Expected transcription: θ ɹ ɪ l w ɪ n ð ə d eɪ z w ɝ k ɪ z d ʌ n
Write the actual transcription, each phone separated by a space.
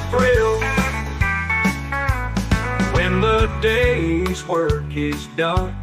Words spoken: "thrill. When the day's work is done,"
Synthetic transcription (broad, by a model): ɹ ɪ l w ɪ n ð ə d eɪ z w ɝ k ɪ z d ʌ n